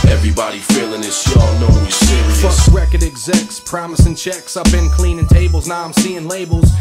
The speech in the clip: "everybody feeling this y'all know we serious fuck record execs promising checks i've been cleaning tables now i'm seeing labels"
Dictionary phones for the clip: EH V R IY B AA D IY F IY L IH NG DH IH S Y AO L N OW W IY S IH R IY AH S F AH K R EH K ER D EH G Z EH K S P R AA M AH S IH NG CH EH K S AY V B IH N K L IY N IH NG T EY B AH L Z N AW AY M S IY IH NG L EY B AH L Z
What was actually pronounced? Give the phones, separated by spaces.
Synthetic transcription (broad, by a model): EH V R IY B AA D IY F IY L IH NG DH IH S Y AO N OW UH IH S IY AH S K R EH K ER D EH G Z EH K S P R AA M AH S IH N CH EH K S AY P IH N K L IY N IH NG T EY B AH L Z N AW AY M S IY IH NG L EY B L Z